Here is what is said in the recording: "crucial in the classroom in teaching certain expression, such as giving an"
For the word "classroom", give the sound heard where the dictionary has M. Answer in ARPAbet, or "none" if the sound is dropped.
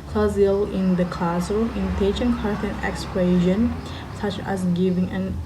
none